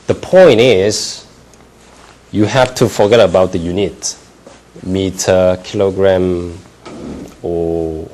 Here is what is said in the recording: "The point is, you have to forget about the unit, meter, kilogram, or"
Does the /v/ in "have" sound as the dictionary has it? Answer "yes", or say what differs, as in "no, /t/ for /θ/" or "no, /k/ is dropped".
no, /f/ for /v/